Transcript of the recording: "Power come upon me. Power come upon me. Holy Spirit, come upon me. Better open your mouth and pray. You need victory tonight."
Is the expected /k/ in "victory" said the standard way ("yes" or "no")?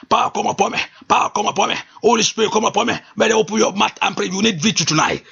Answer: no